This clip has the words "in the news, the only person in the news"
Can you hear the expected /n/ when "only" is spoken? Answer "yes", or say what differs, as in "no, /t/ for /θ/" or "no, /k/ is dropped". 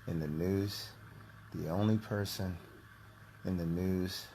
yes